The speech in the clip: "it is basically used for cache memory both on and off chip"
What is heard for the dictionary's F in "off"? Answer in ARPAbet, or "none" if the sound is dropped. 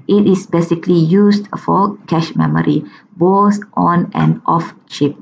F